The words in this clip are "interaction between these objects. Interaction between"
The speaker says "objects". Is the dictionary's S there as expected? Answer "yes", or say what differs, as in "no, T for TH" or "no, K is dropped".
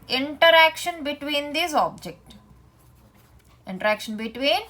no, S is dropped